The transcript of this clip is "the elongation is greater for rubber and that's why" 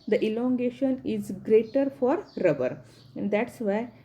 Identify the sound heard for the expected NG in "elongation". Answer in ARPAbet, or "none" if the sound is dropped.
NG